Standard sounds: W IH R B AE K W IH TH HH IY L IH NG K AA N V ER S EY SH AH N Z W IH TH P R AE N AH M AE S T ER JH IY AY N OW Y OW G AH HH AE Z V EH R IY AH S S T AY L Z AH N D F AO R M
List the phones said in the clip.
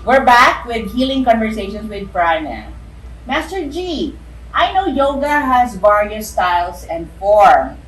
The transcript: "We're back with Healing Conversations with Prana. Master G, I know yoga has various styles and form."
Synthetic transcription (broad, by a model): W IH R B AE K W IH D HH IY L IH NG K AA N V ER S EY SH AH N S W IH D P R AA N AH M AE S T ER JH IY AY N OW Y OW G AH HH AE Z B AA R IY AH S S T AY L S AH N D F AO R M